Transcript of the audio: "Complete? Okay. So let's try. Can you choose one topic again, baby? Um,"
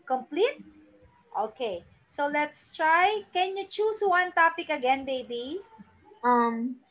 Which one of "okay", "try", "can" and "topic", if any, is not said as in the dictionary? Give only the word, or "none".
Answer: none